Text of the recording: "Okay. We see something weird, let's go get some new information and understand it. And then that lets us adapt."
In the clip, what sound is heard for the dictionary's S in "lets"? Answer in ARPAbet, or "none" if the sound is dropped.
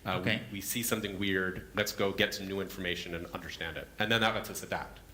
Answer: S